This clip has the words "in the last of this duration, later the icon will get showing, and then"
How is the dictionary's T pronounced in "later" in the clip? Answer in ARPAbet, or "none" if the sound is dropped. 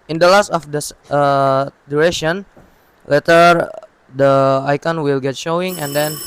T